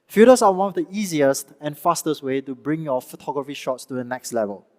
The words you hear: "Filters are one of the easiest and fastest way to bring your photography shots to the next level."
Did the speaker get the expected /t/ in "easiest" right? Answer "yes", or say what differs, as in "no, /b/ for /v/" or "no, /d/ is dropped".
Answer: yes